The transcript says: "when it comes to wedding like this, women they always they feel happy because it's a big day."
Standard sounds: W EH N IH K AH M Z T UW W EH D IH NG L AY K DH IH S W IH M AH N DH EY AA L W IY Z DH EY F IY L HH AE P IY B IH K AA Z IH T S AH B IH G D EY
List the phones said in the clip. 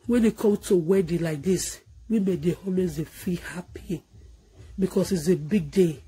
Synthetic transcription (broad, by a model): W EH N IH K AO M T UW W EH D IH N L AY K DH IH S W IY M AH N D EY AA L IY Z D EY F IY L HH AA P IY B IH K AA S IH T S AH B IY G D EY